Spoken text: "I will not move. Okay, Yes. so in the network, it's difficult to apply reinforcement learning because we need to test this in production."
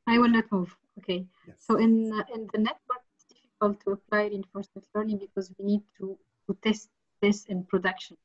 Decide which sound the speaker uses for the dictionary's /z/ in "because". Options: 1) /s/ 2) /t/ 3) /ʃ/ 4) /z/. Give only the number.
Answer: 4